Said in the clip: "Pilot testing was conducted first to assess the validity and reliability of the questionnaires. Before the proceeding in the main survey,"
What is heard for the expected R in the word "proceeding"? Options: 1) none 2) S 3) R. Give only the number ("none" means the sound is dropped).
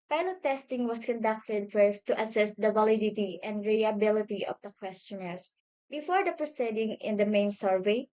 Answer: 3